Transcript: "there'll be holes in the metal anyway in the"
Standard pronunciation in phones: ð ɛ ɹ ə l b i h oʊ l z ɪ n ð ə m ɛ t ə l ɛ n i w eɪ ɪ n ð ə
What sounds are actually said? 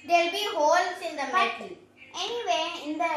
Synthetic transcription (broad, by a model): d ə l b i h oʊ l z ɪ n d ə m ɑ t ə n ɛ n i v eɪ ɪ n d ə